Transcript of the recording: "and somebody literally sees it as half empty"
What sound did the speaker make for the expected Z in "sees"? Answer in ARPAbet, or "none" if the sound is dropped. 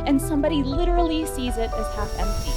Z